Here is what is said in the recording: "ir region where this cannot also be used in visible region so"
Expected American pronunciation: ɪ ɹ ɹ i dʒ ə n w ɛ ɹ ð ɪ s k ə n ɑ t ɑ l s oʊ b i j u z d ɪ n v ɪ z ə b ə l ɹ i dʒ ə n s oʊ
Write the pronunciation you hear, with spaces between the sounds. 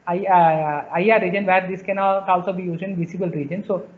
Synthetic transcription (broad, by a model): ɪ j ɹ i dʒ ə n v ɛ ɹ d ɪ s k ə n ɑ t ɑ l s oʊ b i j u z ɪ n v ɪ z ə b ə l ɹ i dʒ ə n s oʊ